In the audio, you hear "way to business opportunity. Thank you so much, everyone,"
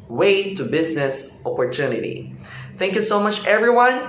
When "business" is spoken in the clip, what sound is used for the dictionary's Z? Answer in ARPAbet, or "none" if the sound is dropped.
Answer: Z